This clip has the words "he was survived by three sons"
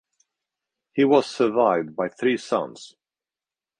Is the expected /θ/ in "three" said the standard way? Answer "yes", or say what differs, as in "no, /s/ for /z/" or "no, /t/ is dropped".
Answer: yes